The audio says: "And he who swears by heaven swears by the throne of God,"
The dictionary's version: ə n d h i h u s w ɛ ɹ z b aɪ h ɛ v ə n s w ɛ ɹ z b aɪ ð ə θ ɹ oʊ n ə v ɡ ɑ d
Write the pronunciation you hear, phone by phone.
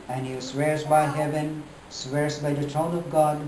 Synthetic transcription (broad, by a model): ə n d h i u s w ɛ ɹ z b aɪ h ɛ v ə n s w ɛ ɹ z b aɪ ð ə t ɹ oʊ n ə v ɡ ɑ d